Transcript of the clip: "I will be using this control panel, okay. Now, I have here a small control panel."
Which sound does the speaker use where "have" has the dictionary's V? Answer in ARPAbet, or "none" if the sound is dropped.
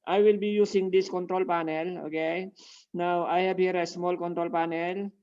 B